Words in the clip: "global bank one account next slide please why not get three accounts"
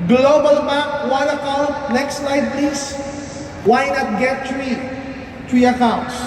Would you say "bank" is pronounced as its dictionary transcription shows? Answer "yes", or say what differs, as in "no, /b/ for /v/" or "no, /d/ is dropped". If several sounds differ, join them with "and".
no, /ŋ/ is dropped